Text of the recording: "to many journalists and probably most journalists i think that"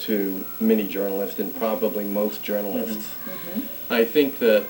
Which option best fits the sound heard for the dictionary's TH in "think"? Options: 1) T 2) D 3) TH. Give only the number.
3